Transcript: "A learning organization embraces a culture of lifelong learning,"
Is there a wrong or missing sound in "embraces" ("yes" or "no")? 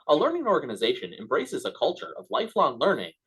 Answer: no